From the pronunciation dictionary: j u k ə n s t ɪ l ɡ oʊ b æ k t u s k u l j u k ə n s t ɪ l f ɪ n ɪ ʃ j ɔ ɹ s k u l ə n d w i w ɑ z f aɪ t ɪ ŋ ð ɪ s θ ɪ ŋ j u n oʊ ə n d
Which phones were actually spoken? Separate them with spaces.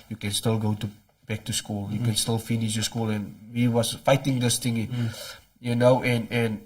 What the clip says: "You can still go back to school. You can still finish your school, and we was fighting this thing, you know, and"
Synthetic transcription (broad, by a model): j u k ə n s t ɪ l ɡ oʊ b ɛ k t u s k u l j u k ə n s t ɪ l f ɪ n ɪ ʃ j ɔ s k u l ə n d w i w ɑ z f aɪ t ɪ ŋ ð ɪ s t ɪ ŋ j u n oʊ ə n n